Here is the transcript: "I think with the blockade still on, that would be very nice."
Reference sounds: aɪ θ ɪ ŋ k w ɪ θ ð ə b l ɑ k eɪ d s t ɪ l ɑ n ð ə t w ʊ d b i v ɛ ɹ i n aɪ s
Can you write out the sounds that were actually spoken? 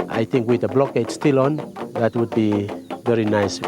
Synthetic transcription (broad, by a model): aɪ t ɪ ŋ k w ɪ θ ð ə b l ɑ k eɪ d s t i l ɑ n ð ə t w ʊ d b i v ɛ ɹ i n aɪ s